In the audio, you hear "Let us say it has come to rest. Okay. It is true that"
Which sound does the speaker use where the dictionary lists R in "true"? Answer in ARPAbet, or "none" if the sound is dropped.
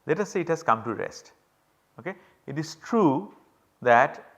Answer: R